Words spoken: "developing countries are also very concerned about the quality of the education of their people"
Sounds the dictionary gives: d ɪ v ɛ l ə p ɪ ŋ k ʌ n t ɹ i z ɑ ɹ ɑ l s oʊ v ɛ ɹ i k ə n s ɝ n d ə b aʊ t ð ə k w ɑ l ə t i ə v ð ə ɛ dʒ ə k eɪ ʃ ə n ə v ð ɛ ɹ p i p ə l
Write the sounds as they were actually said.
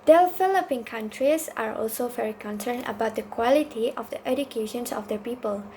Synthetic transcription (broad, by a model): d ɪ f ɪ l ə p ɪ ŋ k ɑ n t ɹ i s ɑ ɹ ɑ l s oʊ v ɛ ɹ i k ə n s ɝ n ə b aʊ t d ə k w ɑ l ə t i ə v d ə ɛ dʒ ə k eɪ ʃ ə n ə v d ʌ p i p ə l